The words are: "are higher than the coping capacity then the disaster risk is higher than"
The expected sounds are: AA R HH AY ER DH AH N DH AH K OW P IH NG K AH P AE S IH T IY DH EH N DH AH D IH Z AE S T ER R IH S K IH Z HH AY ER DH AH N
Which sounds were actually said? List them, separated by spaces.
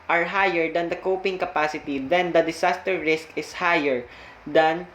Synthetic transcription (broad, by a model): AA R HH AY ER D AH N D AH K OW P IH NG K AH P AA S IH T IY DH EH N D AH D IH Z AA S T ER R IH S K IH S HH AY ER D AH N